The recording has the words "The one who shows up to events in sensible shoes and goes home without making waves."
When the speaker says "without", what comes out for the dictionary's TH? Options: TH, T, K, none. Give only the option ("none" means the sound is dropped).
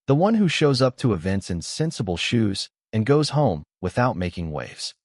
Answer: TH